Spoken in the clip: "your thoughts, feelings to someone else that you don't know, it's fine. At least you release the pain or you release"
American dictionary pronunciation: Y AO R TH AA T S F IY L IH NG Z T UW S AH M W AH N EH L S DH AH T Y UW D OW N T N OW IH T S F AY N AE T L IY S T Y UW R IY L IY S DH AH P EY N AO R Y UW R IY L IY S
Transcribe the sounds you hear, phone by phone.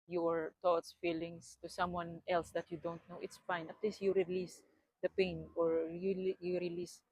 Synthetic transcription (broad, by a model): Y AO R T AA T S F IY L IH NG S T UW S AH M W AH N EH L S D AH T Y UW D OW N T N OW IH T S F AY N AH T L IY S Y UW R IY L IY S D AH P EY N AO R Y UW R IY L IY S